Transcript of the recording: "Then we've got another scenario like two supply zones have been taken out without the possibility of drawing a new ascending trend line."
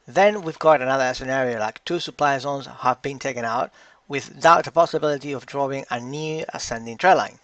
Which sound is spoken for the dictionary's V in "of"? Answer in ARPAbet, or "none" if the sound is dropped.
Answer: V